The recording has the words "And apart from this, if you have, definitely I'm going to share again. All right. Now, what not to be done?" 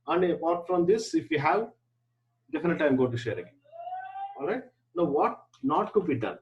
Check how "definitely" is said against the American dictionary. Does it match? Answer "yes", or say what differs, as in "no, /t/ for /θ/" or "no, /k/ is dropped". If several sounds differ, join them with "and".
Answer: no, /l/ is dropped